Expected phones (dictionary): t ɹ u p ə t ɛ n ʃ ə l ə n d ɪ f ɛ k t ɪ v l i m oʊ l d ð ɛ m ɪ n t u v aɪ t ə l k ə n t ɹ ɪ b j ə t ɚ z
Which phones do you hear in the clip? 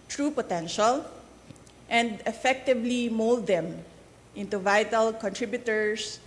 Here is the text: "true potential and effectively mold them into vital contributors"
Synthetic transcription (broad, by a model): t ɹ u p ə t ɛ n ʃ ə l ə n d ɪ f ɛ k t ɪ v l i m oʊ l d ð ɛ m ɪ n t u v aɪ t ə l k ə n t ɹ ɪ b j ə t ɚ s